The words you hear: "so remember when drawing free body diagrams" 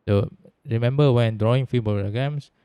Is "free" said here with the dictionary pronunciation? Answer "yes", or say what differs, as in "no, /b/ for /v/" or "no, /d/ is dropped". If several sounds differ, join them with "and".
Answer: no, /ɹ/ is dropped